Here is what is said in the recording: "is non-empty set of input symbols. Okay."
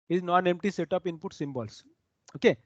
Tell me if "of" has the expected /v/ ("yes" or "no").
no